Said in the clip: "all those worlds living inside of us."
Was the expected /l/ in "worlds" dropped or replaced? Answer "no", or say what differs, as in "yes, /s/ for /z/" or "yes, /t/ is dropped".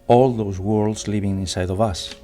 no